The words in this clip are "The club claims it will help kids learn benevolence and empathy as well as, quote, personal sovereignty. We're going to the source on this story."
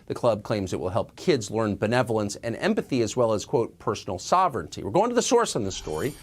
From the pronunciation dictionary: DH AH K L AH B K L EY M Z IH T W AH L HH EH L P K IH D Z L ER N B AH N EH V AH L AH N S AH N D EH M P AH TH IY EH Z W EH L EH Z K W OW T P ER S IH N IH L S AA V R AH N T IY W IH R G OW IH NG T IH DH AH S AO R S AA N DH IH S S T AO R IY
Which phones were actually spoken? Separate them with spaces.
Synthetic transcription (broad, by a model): DH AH K L AH B K L EY M Z IH T W AH L HH EH L P K IH D Z L ER N B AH N EH V L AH N S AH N EH M P AH TH IY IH Z W EH L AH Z K W OW T P ER S N L S AA V R AH N T IY W IH R G OW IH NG T IH DH AH S AO R S N DH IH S S T AO R IY